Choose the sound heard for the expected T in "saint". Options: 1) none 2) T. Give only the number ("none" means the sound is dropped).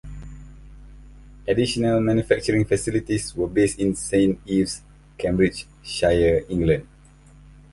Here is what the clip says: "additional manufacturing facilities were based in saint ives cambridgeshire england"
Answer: 1